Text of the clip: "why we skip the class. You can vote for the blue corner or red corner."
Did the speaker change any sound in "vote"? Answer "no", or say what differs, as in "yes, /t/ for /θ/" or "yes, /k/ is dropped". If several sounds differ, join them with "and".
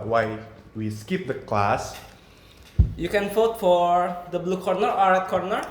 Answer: yes, /f/ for /v/